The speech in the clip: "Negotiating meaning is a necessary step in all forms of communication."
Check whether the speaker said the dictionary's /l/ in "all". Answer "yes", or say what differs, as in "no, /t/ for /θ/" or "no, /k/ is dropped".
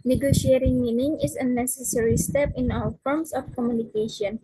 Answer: no, /w/ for /l/